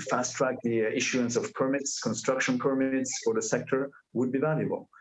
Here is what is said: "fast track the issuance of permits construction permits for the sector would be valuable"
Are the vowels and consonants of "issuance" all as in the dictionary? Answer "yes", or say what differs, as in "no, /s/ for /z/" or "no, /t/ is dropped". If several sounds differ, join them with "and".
yes